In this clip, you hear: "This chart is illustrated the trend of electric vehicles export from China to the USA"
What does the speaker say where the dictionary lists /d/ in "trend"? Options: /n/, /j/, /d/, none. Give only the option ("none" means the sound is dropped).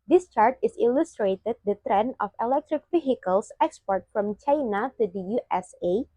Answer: none